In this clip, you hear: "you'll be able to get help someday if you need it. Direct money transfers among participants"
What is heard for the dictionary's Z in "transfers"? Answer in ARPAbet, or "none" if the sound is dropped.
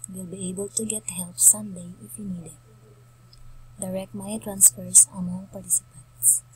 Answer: S